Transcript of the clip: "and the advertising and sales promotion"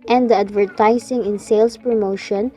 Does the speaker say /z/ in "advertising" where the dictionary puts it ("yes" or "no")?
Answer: no